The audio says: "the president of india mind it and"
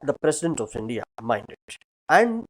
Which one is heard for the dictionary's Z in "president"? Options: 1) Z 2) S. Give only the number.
2